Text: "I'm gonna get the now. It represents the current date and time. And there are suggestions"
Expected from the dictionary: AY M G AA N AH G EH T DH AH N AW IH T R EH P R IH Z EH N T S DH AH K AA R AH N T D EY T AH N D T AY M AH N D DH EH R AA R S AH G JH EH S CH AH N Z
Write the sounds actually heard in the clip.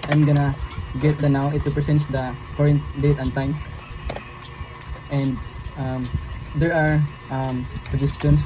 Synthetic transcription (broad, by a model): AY M G AA N AH G EH T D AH N AW IH T R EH P R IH S EH N T S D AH K AA R AH N T D EY T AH N T AY M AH N D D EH R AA R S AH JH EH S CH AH N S